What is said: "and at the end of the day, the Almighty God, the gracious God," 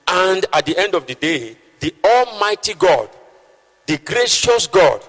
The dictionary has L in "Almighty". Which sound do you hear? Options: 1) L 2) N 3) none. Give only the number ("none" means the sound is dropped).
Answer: 1